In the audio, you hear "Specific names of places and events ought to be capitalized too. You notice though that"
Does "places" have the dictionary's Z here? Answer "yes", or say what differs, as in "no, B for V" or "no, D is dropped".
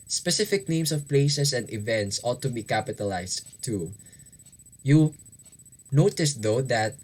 no, S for Z